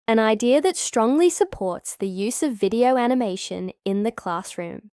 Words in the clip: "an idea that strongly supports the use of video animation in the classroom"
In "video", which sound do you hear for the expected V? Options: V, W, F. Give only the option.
V